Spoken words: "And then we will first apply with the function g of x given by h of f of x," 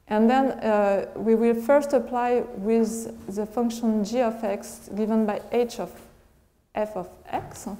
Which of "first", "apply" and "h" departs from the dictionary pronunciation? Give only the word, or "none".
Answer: none